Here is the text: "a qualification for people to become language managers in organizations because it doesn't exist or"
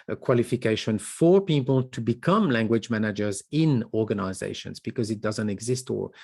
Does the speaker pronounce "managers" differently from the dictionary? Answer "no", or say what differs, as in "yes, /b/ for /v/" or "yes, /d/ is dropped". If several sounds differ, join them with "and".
no